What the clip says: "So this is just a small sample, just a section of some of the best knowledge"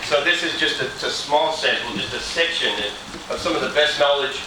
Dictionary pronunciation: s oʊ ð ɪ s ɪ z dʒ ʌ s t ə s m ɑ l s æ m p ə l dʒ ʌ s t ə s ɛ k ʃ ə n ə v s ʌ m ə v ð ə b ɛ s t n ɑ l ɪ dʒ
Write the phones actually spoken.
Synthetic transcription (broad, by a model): s oʊ ð ɪ s ɪ z dʒ ʌ s t ə s m ɑ l s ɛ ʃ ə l dʒ ʌ s t ə s ɛ k ʃ ə n ə v s ʌ m ə v ð ə b ɛ s t n ɑ l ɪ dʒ